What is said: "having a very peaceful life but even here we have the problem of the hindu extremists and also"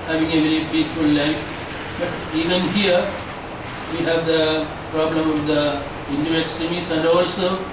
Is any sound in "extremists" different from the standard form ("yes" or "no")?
yes